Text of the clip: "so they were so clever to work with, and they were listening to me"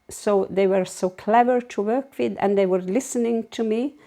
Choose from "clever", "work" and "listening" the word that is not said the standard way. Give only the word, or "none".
none